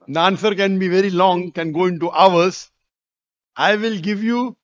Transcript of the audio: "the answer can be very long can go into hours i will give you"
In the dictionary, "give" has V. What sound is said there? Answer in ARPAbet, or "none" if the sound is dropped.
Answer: V